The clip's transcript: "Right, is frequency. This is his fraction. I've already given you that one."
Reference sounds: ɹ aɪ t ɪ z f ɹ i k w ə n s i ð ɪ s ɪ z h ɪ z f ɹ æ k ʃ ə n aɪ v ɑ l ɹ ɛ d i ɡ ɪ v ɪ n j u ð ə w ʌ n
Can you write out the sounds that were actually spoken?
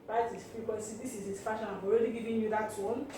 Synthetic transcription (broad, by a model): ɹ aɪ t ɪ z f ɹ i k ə s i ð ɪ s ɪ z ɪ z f ɑ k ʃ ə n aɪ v ɑ l ɹ ɛ d i ɡ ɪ v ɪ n j u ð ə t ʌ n